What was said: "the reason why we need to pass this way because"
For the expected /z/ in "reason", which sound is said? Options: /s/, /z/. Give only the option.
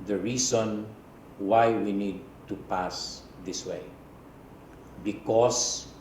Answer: /s/